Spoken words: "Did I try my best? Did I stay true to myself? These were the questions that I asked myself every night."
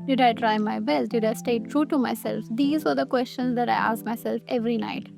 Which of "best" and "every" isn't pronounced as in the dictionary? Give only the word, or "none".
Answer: none